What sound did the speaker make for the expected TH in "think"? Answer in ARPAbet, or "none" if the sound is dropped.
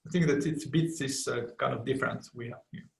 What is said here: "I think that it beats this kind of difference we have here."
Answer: TH